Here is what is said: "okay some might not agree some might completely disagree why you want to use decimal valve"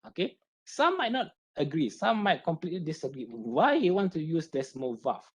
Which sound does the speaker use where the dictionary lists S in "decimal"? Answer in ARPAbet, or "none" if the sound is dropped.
S